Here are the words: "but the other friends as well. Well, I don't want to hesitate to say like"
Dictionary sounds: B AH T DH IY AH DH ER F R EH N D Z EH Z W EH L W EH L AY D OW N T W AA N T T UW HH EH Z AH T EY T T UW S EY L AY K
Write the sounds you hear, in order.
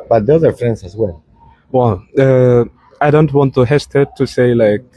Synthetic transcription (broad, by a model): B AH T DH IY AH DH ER F R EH N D S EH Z W EH L W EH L AY D OW N T W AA N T T UW HH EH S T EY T T UW S EY L AY K